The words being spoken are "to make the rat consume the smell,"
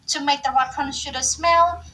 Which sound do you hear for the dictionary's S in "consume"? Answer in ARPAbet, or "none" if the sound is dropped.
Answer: SH